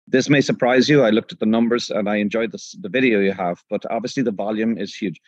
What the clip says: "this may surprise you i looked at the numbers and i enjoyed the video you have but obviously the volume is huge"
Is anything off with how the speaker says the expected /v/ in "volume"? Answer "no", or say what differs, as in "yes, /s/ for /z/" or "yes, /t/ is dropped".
no